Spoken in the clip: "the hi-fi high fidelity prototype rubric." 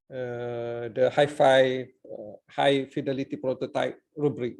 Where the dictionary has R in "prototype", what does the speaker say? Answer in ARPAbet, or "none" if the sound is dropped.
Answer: R